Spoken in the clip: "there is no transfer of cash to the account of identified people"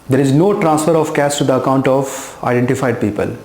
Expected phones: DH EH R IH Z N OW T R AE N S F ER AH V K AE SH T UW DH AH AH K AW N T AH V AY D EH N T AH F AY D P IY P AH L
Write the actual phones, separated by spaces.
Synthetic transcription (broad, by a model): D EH R IH Z N OW T R AE N S F ER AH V K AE S T UW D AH AH K AW N T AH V AY D EH N T AH F AY D P IY P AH L